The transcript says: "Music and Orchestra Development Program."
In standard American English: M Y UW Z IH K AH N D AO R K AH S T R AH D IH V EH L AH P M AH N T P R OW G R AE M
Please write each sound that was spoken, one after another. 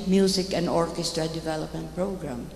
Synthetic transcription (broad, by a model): M Y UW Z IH K AH N D AO R K AH S T R AH D IH V EH L AH P M AH N T P R OW G R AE M